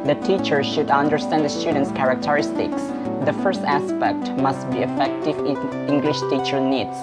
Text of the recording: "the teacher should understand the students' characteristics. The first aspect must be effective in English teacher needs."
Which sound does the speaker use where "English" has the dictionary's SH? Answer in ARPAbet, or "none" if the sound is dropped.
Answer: SH